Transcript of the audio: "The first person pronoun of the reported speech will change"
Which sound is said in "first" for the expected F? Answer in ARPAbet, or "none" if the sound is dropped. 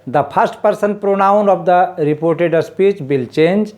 P